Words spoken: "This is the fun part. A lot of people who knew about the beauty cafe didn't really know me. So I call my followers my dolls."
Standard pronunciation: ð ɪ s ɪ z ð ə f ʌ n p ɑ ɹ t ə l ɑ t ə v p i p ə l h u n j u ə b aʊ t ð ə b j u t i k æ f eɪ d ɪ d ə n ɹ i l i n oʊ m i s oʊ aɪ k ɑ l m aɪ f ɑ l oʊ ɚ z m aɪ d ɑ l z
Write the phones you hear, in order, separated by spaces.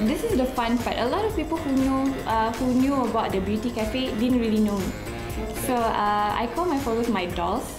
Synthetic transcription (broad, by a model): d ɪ s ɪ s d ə f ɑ n b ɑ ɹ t ə l ɑ t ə f p i p ə l h u n j u ə b aʊ t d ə b j u t i k æ f eɪ d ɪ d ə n ɹ i l i n oʊ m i s oʊ aɪ k ɑ l m aɪ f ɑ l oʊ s m aɪ d ɑ l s